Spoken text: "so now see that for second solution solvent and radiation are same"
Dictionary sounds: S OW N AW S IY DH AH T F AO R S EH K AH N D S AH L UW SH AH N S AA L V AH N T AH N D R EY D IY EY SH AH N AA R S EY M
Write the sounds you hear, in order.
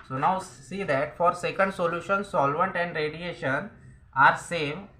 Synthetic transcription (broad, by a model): S OW N AW S IY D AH T F AO R S EH K AH N D S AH L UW SH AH N S AA L V AH N T AH N D R EY D IY EY SH AH N AA R S EY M